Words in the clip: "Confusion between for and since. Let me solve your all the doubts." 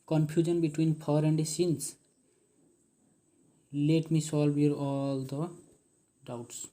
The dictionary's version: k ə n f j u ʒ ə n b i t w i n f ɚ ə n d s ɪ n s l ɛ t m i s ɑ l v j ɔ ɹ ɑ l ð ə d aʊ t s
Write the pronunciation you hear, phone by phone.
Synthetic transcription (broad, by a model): k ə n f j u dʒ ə n b i t w i n p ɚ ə n d s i n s l ɛ t m i s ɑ l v j ɔ ɹ ɑ l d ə d aʊ t s